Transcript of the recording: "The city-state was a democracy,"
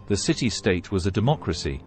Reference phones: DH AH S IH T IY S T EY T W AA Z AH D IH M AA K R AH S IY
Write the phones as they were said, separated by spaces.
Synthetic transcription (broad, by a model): DH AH S IH T IY S T EY T W AA Z AH D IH M AA K R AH S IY